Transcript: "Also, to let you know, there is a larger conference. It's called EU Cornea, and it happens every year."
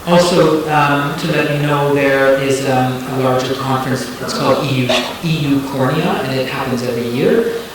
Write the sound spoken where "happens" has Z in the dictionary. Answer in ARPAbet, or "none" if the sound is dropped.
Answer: Z